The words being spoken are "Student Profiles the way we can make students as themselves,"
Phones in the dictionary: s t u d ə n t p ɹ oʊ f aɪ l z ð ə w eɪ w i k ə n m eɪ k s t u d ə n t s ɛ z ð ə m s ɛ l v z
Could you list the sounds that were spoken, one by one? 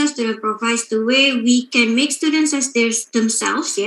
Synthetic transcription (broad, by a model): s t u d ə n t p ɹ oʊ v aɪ z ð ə w eɪ w i k ə n m eɪ k s t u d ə n t s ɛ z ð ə m s ɛ l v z